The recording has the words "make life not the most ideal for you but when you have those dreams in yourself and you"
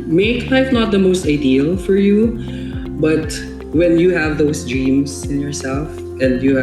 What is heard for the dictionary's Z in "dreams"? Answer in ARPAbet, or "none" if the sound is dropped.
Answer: S